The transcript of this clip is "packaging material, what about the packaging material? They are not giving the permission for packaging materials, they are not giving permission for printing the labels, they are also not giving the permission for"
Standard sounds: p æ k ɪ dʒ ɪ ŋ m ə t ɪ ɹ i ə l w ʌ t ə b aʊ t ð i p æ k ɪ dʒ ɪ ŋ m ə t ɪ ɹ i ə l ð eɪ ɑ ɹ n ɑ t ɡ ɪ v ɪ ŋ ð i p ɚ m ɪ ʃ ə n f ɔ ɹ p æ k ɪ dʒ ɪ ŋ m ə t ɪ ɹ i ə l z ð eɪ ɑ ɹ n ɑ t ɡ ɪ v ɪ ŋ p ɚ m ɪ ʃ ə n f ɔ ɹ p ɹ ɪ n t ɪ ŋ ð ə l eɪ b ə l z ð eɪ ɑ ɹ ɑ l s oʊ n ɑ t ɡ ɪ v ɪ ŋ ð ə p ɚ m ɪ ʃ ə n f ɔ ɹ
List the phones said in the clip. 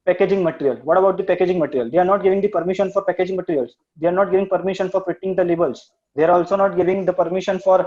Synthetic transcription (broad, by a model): p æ k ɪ dʒ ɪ ŋ m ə t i ɹ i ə l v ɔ t ə b aʊ t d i p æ k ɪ dʒ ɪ ŋ m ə t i ɹ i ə l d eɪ ɑ ɹ n ɑ t ɡ ɪ v ɪ ŋ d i p ɚ m ɪ ʃ ə n f ɔ ɹ p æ k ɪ dʒ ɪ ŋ m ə t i ɹ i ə l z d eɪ ɑ ɹ n ɑ t ɡ ɪ v ɪ ŋ p ɚ m ɪ ʃ ə n f ɔ ɹ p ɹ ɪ t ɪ ŋ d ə l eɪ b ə l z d eɪ ɑ ɹ ɑ l s oʊ n ɑ t ɡ ɪ v ɪ ŋ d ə p ɚ m ɪ ʃ ə n f ɔ ɹ